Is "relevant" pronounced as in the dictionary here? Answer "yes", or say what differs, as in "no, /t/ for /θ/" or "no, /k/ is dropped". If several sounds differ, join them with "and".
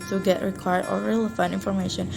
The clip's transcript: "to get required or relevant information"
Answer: no, /t/ is dropped